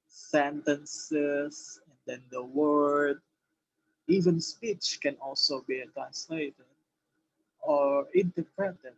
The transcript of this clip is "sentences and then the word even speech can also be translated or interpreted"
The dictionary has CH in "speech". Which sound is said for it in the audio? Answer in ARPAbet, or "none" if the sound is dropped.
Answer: CH